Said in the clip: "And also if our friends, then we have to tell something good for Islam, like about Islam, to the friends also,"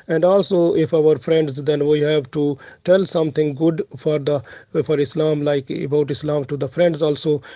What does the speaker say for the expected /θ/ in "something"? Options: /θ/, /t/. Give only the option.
/t/